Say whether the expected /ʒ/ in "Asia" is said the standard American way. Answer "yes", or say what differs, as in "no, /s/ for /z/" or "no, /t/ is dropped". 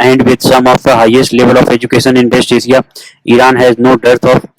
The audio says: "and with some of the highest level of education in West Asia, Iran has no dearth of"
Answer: no, /s/ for /ʒ/